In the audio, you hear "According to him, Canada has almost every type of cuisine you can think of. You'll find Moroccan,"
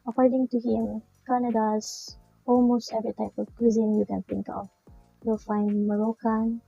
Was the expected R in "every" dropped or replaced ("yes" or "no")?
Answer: yes